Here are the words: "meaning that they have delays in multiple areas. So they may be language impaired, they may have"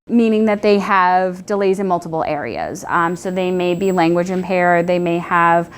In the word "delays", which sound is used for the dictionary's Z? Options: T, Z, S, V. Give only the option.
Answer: Z